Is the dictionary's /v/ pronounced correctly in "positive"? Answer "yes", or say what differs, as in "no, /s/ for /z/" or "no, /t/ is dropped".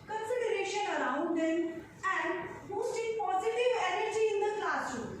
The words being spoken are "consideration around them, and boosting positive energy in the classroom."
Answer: yes